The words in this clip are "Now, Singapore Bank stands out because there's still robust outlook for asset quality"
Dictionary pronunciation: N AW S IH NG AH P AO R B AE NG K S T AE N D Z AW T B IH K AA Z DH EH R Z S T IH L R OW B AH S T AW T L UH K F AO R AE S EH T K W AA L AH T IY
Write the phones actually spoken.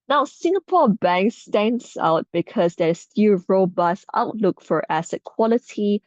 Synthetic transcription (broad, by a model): N AW S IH NG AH P AO B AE NG K S T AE N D S AW T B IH K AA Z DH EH S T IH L R OW B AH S AW T L UH K F AO R AE S EH T K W AA L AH T IY